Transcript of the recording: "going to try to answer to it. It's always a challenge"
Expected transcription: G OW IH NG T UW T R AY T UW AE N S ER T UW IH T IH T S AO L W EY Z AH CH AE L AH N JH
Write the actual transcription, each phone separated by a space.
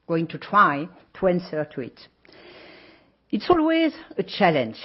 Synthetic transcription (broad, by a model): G OW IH NG T UW T R AY T UW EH N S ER T UW IH T IH T S AO L W EY Z AH CH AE L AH N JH